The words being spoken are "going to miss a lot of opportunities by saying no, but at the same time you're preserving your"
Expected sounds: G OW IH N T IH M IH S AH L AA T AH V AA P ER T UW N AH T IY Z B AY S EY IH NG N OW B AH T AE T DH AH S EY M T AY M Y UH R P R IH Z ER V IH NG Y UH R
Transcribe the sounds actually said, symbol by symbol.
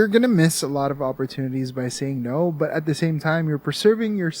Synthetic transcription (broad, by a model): G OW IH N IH M IH S AH L AA T AH V AA P ER T UW N AH T IY Z B AY S EY IH NG N OW B AH T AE T DH AH S EY M T AY M Y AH R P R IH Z ER V IH NG Y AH R